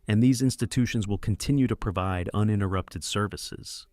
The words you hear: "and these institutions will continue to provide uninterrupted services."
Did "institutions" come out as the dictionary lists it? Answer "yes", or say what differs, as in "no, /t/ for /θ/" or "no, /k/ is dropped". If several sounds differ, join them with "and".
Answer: yes